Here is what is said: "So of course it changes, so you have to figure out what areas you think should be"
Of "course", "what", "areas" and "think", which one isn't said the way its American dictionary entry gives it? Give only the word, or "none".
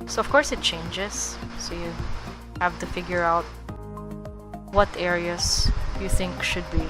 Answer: areas